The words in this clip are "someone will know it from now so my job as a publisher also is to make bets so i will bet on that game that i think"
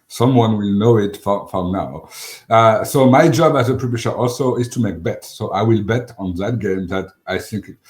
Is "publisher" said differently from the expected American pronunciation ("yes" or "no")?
yes